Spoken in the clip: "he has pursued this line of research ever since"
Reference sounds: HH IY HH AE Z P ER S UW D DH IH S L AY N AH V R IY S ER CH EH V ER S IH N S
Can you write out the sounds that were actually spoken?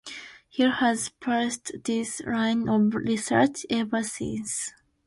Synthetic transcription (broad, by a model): HH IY HH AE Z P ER S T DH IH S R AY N AH V R IY S ER CH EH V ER S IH N S